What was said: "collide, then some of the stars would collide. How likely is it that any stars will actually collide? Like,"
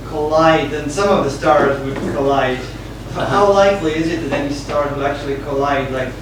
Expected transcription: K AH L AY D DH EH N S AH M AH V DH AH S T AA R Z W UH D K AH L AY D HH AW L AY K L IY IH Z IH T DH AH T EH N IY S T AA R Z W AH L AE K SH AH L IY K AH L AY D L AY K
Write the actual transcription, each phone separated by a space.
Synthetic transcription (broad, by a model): K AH L AY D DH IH N S AH M AH V DH AH S T AA R Z W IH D K AH L AY D HH AW L AY K L IY IH Z IH T DH AH T EH N IY S T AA R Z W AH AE K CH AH L IY K AH L AY D L AY K